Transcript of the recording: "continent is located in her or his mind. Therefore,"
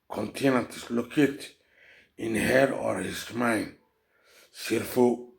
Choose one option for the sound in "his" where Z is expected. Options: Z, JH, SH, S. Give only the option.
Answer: S